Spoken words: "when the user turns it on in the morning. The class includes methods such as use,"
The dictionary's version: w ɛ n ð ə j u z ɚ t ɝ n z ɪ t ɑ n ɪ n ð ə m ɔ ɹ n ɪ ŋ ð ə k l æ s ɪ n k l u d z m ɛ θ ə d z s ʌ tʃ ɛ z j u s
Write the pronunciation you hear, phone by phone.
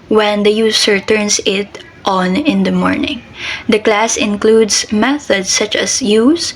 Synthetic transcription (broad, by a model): w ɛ n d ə j u s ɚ t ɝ n s ɪ t ɑ n ɪ n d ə m ɔ ɹ n ɪ ŋ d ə k l æ s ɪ n k l u d s m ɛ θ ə d s ʌ tʃ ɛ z j u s